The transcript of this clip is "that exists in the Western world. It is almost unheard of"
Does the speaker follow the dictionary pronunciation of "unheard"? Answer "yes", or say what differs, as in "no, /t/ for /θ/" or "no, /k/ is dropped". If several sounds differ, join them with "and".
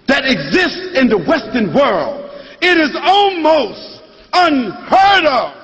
yes